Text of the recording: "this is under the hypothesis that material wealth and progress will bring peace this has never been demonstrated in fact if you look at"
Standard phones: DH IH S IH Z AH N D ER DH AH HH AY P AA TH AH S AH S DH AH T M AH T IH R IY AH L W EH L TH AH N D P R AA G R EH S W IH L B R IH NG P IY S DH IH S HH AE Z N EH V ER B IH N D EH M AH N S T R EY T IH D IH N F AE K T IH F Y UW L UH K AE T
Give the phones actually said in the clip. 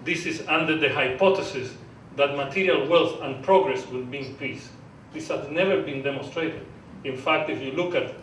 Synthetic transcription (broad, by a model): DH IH S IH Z AH N D ER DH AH HH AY P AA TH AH S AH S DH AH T M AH T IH R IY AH L W EH L TH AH N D P R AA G R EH S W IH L B IY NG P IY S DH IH S HH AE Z N EH V ER B IH N D EH M AH N S T R EY T IH D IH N F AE K T IH F Y UW L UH K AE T